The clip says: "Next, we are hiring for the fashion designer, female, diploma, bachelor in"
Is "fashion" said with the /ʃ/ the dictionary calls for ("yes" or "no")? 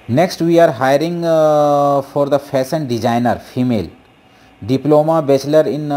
no